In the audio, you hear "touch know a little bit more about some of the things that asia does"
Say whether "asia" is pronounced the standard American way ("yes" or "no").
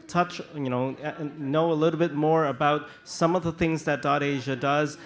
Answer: yes